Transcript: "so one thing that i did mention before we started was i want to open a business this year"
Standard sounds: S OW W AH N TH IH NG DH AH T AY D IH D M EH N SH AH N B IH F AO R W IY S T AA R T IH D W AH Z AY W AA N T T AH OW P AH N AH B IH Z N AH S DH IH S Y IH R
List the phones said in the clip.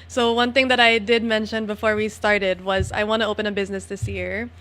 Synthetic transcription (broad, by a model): S OW W AH N TH IH NG DH AH T AY D IH D M EH N SH AH N B IH F AO R W IY S T AA R T IH D W AH Z AY W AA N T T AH OW P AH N AH B IH Z N AH S DH IH S Y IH R